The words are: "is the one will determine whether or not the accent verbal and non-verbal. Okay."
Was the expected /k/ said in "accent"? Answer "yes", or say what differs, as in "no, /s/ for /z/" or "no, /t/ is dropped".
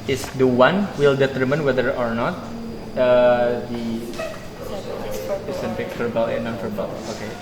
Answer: no, /k/ is dropped